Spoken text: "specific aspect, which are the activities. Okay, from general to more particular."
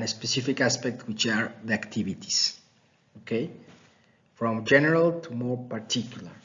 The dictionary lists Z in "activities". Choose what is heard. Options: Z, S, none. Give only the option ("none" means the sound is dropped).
S